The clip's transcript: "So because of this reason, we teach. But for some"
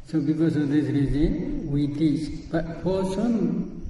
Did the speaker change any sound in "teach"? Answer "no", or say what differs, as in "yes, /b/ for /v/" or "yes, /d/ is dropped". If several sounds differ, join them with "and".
yes, /s/ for /tʃ/